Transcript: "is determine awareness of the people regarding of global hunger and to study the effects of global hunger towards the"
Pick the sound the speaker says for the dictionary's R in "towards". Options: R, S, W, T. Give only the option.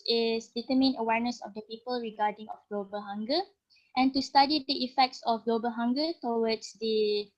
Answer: W